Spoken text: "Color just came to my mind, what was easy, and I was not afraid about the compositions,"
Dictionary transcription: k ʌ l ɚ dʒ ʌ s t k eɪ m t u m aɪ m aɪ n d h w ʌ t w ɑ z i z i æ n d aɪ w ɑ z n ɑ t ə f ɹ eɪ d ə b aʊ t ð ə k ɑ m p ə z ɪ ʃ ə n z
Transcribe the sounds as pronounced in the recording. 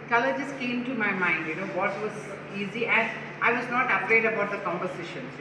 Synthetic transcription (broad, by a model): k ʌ l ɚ dʒ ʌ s k eɪ m t u m aɪ m aɪ n d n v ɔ t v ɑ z i z i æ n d aɪ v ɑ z n ɑ t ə p ɹ eɪ d ə b aʊ t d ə k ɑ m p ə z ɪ ʃ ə n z